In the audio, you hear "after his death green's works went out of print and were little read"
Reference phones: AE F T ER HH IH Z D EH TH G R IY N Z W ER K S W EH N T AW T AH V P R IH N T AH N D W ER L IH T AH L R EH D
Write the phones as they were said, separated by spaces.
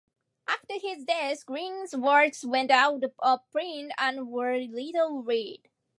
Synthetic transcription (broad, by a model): AE F T ER HH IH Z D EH S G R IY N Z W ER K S W EH N T AW T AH P R IH N T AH N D W ER L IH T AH L R EH D